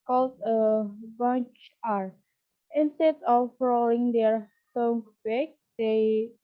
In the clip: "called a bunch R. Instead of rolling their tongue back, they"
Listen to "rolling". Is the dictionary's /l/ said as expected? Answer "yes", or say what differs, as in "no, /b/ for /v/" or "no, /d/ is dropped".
no, /l/ is dropped